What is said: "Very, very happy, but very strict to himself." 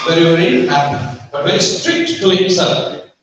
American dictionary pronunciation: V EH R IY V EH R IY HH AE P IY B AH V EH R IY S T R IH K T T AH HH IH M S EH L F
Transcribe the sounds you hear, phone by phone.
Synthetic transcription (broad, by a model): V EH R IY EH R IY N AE B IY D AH V EH R IY S T R IH K T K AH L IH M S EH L